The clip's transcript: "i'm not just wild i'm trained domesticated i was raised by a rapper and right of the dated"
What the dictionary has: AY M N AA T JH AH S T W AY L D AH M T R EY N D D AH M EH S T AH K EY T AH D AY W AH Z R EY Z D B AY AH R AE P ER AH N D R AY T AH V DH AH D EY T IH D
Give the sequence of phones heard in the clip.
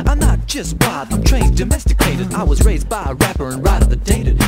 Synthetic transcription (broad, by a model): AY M N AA T JH AH S T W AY D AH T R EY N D D AH M EH S T AH K EY T AH D AY W AH Z R EY Z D B AY AH R AE P ER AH N R AY T AH V DH AH D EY T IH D